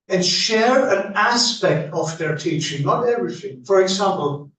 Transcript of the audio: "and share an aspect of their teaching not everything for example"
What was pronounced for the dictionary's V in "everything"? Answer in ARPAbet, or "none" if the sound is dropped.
none